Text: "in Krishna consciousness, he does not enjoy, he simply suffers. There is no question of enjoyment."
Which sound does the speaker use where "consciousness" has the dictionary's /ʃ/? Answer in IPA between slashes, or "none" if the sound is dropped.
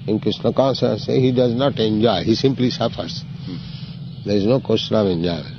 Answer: /s/